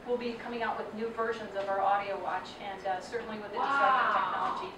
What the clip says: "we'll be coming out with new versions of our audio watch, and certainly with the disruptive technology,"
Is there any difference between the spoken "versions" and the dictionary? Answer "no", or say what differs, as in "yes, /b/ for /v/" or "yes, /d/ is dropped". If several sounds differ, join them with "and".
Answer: no